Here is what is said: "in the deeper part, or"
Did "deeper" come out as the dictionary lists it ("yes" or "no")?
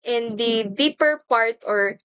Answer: yes